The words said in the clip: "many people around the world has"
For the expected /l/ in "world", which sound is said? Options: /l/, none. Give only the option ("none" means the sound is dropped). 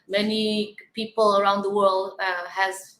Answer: /l/